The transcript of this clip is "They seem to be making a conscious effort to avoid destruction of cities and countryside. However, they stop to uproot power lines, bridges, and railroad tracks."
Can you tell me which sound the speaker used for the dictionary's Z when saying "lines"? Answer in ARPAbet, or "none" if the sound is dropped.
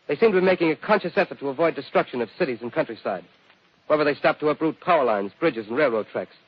Z